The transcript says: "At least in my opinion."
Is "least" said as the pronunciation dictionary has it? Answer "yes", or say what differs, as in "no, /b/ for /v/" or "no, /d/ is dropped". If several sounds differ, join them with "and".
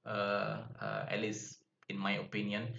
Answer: no, /t/ is dropped